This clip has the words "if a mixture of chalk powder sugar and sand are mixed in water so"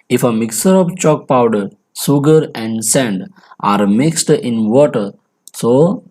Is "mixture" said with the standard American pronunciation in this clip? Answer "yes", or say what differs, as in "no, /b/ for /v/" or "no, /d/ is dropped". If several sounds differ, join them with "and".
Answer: no, /tʃ/ is dropped